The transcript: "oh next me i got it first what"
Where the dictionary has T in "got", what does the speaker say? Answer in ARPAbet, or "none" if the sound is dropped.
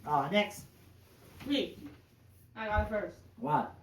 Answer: none